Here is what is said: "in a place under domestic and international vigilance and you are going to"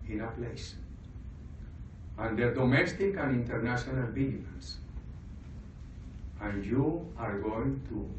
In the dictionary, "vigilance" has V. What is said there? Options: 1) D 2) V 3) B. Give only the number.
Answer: 3